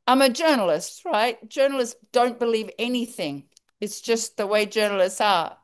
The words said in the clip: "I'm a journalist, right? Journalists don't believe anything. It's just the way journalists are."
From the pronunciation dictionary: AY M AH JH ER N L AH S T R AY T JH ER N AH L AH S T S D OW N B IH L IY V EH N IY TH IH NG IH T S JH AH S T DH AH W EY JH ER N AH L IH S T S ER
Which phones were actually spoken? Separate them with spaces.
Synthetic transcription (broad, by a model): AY M AH JH ER N L AH S T R AY T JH ER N L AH S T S D OW N B IH L IY V EH N IY TH IH NG IH T S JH AH S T DH AH W EY JH ER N L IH S T S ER